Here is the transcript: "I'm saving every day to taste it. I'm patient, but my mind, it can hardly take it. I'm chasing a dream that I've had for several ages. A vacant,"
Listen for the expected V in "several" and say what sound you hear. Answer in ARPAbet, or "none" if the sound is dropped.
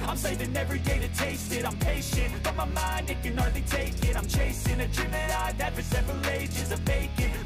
V